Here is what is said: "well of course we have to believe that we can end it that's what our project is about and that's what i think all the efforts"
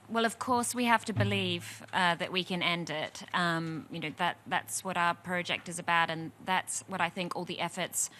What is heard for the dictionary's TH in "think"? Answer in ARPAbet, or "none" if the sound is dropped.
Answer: TH